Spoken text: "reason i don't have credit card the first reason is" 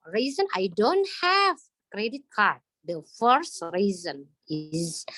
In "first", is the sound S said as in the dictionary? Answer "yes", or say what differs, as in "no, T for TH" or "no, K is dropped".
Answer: yes